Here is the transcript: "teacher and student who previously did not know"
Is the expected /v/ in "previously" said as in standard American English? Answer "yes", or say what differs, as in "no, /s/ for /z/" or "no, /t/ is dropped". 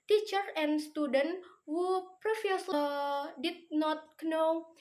no, /f/ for /v/